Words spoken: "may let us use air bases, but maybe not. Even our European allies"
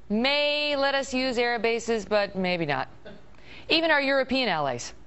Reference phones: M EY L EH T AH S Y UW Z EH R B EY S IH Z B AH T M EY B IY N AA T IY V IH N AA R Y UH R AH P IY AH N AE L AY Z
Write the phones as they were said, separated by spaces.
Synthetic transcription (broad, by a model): M EY L EH T AH S Y UW Z EH R B EY S IH Z B AH T M EY B IY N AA T IY V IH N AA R Y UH R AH P IY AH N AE L AY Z